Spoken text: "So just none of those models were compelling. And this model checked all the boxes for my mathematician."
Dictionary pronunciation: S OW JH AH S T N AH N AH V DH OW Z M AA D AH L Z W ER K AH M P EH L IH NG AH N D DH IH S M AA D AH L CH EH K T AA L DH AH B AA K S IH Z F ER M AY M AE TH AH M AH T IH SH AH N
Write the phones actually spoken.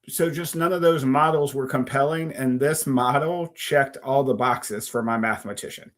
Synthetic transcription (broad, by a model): S OW JH AH S T N AH N AH V DH OW Z M AA D L Z W ER K AH M P EH L IH NG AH N DH IH S M AA D L CH EH K T AA L DH AH B AA K S IH Z F ER M AY M AE TH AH M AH T IH SH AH N